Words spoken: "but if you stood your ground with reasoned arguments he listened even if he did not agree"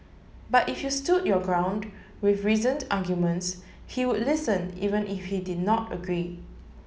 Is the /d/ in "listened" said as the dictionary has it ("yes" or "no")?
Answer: no